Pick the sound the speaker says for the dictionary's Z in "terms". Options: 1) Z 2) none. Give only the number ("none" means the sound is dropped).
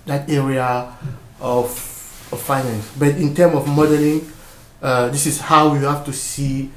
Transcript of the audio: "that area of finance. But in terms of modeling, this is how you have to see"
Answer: 2